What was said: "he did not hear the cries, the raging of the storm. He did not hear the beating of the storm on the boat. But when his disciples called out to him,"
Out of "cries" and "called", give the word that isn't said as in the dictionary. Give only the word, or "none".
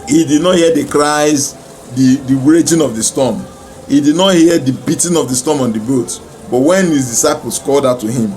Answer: none